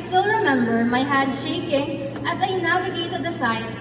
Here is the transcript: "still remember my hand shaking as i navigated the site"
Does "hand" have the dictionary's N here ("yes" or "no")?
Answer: no